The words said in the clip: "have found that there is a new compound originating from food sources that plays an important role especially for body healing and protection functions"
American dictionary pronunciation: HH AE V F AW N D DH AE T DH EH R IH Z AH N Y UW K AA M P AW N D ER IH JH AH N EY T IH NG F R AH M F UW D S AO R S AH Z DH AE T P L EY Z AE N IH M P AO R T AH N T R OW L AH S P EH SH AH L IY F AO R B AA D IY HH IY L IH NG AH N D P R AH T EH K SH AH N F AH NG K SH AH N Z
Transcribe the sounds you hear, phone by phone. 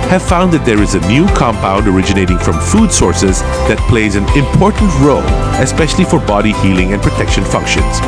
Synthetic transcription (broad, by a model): HH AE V F AW N D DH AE T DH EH R IH Z AH N Y UW K AA M P AW N D ER IH JH AH N EY T IH NG F R AH M F UW D S AO R S AH Z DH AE T P L EY Z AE N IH M P AO R T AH N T R OW L AH S P EH SH AH L IY F AO R B AA D IY HH IY L IH NG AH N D P R AH T EH K SH AH N F AH NG K SH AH N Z